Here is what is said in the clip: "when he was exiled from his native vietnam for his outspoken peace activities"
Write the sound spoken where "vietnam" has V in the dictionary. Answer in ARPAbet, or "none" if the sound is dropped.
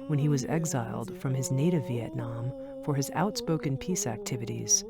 V